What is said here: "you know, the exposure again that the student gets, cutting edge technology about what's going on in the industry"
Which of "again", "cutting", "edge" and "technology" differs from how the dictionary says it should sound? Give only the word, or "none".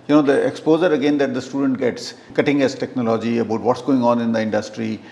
edge